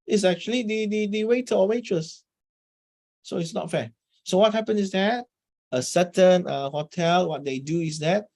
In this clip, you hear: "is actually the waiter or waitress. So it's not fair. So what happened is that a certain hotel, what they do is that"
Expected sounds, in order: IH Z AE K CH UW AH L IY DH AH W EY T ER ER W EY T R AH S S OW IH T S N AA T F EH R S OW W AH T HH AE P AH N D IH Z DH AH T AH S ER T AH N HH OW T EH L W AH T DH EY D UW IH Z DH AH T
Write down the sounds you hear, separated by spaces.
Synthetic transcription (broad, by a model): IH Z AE K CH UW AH L IY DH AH W EY T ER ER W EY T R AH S S OW IH T S N AA T F EH S OW W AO T HH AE P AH N IH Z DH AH T AH S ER T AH N HH OW T EH L W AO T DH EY D UW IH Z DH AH T